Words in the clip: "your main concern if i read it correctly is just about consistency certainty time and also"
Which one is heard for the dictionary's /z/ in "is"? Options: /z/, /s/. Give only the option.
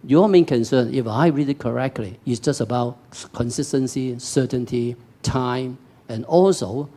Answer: /s/